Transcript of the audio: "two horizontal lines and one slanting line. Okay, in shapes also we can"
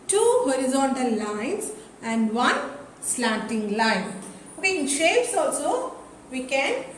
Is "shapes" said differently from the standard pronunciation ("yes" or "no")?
no